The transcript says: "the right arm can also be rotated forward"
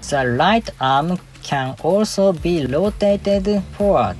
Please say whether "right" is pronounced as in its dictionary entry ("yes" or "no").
no